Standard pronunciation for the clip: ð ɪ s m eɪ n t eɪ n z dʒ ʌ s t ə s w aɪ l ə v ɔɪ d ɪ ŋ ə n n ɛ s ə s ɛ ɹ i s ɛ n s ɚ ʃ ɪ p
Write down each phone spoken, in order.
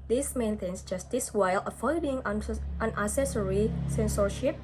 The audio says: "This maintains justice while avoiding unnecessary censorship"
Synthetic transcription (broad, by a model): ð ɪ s m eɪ n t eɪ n s dʒ ʌ s t ə s w aɪ l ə f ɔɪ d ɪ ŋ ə n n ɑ s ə s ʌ ɹ i s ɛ n s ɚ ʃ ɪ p